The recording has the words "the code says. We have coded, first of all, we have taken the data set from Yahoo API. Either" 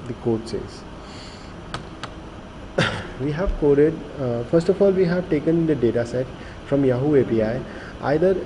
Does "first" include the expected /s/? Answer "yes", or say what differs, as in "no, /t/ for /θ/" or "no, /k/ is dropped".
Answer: yes